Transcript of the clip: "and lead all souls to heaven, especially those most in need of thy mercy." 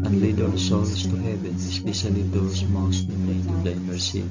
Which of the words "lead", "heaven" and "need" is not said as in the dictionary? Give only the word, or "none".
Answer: need